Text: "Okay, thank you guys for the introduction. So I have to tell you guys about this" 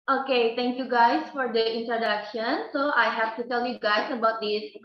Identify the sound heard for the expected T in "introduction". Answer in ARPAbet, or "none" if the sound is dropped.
T